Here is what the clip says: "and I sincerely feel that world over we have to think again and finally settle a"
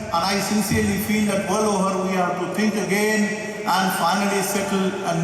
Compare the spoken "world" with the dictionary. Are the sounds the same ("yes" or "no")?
no